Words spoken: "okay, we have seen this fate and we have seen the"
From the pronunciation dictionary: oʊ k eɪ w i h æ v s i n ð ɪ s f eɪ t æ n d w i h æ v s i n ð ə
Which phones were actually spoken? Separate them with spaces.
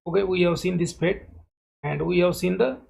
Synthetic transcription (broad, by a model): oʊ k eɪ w i h æ v s i n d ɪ s p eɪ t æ n d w i h æ v s i n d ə